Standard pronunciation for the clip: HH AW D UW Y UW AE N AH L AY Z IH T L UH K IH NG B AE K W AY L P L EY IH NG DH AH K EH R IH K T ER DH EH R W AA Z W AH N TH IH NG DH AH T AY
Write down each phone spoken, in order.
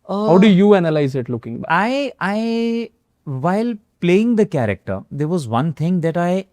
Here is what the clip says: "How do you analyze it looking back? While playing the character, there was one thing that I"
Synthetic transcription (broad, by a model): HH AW D UW Y UW AE N AH L AY Z IH T L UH K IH NG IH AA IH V AY L P L EY IH NG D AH K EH R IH K T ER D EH R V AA Z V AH N T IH NG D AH T AY